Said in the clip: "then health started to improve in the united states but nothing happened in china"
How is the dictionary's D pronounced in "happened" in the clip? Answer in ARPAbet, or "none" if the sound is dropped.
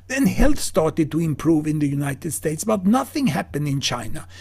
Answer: D